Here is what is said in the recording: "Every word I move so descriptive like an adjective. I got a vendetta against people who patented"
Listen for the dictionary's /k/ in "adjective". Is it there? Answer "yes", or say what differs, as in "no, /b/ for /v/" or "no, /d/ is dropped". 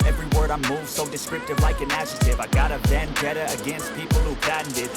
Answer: no, /k/ is dropped